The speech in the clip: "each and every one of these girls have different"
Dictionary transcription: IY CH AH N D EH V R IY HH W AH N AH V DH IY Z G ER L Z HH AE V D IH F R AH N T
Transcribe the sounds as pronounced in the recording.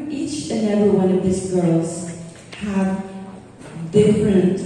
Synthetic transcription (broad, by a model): IY CH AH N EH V IY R W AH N AH V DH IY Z G ER L Z HH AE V D IH F R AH N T